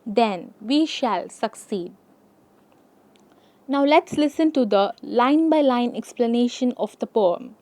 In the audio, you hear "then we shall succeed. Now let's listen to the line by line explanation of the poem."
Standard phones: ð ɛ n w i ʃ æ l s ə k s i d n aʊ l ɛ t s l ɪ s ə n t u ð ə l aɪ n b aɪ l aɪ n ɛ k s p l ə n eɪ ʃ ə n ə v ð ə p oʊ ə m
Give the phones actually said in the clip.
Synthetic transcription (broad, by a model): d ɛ n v i ʃ æ l s ə k s i d n aʊ l ɛ t s l ɪ s ə n t u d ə l aɪ n b aɪ l aɪ n ɛ k s p l ə n eɪ ʃ ə n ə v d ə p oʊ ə m